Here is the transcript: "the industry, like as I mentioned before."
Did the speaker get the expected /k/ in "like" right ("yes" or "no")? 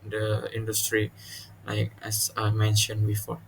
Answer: yes